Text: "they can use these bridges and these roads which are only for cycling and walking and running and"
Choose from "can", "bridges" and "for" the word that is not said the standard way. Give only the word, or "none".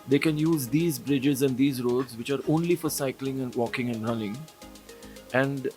none